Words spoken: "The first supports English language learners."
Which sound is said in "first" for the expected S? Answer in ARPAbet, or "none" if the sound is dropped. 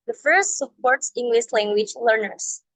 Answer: S